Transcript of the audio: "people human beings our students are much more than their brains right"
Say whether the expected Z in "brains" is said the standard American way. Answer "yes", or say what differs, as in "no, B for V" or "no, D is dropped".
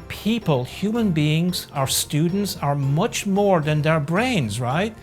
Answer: yes